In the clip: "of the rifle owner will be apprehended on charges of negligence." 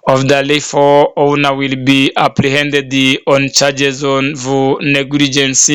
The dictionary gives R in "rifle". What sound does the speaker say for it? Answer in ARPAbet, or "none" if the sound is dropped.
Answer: L